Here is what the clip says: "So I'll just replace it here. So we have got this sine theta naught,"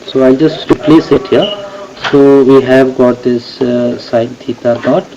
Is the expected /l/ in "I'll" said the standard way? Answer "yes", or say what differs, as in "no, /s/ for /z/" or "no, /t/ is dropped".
yes